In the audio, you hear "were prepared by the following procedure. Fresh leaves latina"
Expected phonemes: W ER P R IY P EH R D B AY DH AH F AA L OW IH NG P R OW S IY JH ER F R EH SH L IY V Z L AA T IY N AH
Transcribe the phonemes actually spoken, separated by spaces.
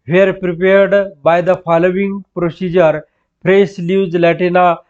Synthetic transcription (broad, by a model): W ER P R IY P EH R D B AY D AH F AA L OW IH NG P R OW S IY JH ER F R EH S L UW Z L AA T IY N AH